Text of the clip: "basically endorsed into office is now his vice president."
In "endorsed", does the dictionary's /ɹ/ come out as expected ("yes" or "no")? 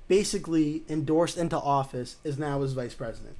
yes